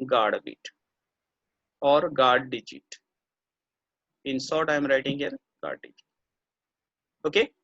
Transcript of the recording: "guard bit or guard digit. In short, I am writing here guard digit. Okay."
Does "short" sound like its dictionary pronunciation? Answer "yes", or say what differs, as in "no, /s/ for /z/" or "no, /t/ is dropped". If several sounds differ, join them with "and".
no, /s/ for /ʃ/